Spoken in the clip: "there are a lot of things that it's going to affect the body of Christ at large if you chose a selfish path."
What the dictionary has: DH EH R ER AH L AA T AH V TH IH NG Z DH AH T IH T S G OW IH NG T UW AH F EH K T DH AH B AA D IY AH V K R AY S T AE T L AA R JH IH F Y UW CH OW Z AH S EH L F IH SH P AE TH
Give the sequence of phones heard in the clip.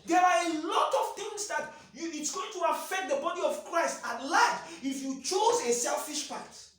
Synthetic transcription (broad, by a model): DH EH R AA AH L AA T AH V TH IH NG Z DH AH T IH T S G OW IH NG T UW AH F EH K T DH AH B AA D IY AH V K R AY S T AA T L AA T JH IH F Y UW CH OW Z AH S EH L F IH SH P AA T